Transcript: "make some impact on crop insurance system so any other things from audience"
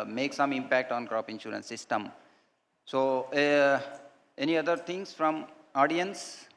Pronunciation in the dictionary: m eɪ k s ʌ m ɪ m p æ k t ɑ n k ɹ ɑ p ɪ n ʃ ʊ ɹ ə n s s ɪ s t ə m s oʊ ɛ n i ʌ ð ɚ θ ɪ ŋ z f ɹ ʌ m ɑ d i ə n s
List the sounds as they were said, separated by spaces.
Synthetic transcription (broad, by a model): m eɪ k s ʌ m ɪ m p æ k t ɑ n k ɹ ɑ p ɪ n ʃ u ɹ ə n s s ɪ s t ə m s oʊ ɛ n i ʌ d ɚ t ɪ ŋ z f ɹ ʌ m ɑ d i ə n s